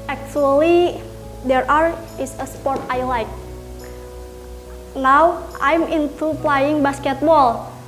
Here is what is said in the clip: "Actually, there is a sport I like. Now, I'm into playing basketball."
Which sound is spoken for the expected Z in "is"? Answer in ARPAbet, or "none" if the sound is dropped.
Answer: S